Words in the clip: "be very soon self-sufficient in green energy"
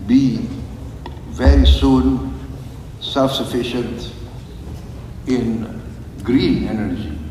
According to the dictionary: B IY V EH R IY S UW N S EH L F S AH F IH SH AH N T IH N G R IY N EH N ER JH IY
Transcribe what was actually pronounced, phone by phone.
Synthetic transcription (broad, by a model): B IY V EH R IY S UW N S EH L F S AH F IH SH AH N T IH N G R IY N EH N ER JH IY